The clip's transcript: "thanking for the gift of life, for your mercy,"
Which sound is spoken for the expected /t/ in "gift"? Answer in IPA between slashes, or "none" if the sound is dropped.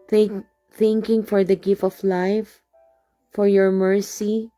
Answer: /t/